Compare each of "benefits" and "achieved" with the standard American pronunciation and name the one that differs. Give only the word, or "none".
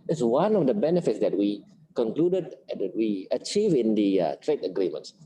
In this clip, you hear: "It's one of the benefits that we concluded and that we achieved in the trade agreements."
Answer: achieved